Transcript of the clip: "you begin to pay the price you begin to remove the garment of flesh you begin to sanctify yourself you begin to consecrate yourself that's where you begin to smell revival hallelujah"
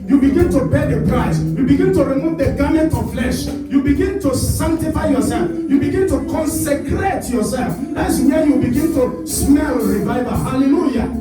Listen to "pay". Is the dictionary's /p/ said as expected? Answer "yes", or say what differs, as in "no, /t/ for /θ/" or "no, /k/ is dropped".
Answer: no, /b/ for /p/